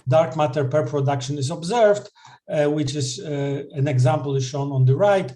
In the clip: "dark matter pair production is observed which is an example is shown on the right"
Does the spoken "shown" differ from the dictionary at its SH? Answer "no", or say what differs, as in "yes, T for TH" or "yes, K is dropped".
no